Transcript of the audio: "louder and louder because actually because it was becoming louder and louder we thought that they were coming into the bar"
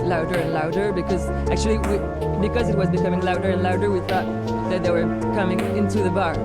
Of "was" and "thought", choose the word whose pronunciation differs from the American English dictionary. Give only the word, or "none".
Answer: none